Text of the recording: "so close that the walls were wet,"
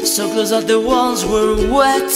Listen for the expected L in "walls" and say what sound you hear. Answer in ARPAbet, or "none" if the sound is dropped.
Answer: N